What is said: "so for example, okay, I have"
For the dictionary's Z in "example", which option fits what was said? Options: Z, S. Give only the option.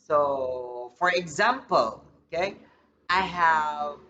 Z